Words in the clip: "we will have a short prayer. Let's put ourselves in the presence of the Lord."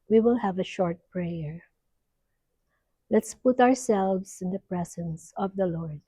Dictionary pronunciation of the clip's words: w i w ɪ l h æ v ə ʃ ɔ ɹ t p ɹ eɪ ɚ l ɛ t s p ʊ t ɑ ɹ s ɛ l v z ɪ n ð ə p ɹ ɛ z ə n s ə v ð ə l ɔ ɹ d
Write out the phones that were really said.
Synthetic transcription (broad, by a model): w i w ɪ l h æ v ə ʃ ɔ ɹ t p ɹ eɪ ɚ l ɛ t s p ʊ t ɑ ɹ s ɛ l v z ɪ n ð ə p ɹ ɛ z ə n s ə v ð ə l ɔ ɹ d